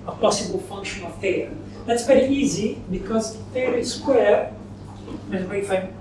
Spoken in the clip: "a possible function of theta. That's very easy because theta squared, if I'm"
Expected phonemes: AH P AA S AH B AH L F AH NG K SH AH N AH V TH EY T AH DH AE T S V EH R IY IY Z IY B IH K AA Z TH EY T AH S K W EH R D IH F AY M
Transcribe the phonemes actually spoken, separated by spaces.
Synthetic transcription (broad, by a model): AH P AA S AH B AH L F AH NG K SH AH N AH V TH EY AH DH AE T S P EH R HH IY Z IY B IH K AA Z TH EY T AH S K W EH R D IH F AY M